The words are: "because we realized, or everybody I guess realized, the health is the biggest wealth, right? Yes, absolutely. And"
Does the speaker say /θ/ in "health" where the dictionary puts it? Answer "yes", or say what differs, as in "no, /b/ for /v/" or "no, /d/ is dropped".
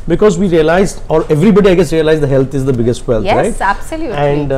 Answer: no, /t/ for /θ/